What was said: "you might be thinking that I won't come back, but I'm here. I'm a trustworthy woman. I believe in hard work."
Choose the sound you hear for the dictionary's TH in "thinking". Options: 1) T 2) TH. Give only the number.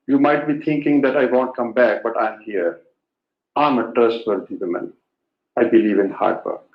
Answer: 1